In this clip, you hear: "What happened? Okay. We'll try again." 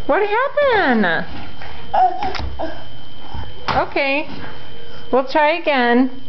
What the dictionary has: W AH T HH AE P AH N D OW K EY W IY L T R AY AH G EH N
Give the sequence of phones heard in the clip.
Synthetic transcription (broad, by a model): W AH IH HH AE P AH N OW K EY W IY L T R AY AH G EH N